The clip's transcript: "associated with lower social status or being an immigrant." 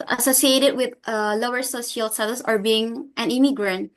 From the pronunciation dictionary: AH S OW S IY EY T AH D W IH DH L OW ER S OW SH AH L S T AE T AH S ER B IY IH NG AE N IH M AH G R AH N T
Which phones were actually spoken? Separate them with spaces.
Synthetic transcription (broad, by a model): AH S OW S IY EY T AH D W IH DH L OW ER S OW S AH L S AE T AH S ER B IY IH NG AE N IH M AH G R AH N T